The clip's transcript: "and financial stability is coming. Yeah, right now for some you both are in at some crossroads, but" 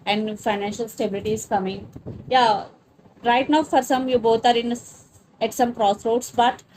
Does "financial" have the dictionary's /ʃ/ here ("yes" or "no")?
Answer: yes